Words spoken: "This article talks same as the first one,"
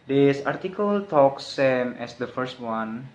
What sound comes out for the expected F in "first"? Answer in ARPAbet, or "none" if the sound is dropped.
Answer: F